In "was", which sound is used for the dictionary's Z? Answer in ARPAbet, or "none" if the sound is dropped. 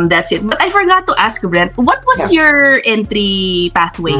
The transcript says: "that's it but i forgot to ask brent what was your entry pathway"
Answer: S